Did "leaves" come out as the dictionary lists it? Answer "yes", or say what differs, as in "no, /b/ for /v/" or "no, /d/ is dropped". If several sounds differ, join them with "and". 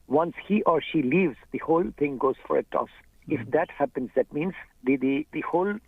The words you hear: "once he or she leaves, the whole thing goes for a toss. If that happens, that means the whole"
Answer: yes